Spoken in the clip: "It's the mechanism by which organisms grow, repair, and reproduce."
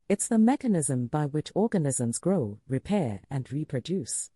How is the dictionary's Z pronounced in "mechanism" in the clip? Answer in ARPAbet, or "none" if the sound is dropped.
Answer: Z